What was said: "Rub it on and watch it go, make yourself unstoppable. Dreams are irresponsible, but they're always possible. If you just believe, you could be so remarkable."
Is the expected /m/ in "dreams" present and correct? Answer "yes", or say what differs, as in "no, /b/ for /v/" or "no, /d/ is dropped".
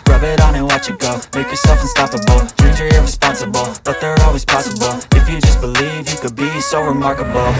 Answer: no, /m/ is dropped